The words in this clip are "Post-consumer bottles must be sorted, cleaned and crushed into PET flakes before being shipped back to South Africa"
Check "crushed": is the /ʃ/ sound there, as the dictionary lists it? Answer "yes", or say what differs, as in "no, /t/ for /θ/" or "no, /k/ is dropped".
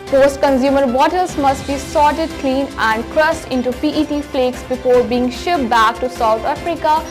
no, /s/ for /ʃ/